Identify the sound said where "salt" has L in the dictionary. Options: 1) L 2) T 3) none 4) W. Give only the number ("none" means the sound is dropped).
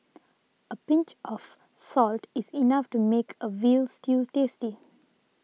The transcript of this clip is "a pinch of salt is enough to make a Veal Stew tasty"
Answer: 1